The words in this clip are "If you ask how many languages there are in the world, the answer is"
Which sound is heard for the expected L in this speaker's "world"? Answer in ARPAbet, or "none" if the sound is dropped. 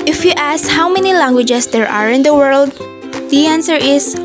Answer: L